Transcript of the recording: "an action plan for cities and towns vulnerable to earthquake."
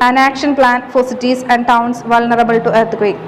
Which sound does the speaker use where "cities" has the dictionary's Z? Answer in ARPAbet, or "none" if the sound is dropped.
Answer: S